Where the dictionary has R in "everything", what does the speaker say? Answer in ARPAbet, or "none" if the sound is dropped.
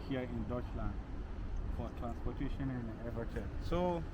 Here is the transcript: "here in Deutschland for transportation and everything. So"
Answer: none